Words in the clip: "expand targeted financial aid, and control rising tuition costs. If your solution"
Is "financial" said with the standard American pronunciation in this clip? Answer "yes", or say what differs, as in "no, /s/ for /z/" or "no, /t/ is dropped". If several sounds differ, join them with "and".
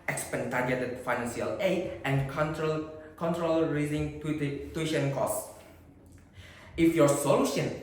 no, /s/ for /ʃ/